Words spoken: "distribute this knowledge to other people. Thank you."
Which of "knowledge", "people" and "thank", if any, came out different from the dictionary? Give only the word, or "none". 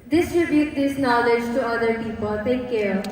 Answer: thank